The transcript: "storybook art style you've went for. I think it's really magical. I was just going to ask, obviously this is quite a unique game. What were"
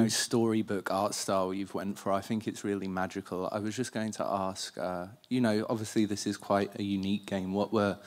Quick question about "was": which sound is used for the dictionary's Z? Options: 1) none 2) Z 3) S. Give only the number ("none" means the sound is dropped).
2